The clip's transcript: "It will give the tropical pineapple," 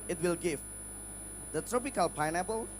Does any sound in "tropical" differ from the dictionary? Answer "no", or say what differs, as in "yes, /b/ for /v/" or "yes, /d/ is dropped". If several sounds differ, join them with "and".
no